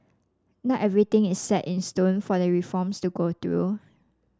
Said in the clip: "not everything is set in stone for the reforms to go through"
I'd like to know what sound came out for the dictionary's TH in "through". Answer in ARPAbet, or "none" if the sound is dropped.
T